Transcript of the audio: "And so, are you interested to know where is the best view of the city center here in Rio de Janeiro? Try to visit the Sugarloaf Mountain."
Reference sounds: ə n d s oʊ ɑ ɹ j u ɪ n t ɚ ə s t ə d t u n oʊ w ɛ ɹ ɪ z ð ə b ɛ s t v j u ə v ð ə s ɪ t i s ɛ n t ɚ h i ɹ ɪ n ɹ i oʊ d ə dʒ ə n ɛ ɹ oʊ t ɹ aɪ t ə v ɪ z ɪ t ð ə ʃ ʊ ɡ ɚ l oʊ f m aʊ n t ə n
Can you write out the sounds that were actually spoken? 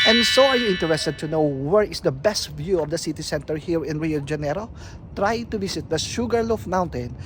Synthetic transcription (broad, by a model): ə n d s oʊ ɑ ɹ j u ɪ n t ɚ ə s t ə d t u n oʊ w ɛ ɹ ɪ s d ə b ɛ s t v j u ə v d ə s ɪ t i s ɛ n t ɚ h i ɹ ɪ n ɹ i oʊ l dʒ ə n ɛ ɹ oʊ t ɹ aɪ t ə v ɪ s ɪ t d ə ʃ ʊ ɡ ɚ l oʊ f m aʊ n t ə n